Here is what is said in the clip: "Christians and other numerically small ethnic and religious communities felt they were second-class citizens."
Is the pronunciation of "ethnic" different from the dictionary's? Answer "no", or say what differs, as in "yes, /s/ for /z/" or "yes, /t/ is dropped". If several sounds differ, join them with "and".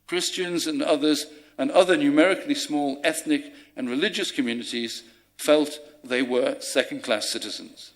no